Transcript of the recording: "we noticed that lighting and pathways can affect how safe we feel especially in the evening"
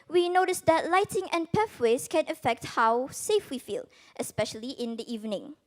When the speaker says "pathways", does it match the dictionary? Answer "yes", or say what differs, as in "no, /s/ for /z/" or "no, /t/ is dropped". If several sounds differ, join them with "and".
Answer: no, /f/ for /θ/